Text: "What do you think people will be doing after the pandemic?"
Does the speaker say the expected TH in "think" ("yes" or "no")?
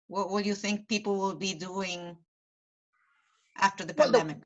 yes